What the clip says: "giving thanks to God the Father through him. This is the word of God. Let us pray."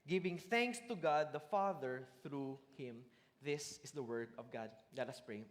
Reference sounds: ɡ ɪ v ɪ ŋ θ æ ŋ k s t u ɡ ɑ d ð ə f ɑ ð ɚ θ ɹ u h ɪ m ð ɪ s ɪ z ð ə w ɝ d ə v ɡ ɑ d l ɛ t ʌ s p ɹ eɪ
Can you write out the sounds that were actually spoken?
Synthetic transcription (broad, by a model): ɡ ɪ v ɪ ŋ θ æ ŋ k s t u ɡ ɑ d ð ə f ɑ ð ɚ θ ɹ u h ɪ m ð ɪ s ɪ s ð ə w ɝ d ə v ɡ ɑ d l ɛ t ʌ s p ɹ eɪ